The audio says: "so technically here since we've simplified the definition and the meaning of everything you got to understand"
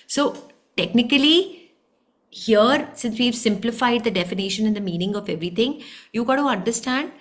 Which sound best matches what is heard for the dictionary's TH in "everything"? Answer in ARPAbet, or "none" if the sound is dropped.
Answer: T